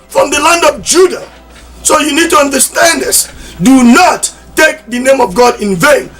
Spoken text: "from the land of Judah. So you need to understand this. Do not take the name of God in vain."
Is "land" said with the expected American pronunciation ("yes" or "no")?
yes